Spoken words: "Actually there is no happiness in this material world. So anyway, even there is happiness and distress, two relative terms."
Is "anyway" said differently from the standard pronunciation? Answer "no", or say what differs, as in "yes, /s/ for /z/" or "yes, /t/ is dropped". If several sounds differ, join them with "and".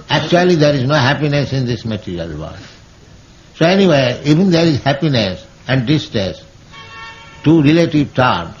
no